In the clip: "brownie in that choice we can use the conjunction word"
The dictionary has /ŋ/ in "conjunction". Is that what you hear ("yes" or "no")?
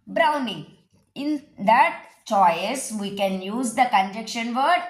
no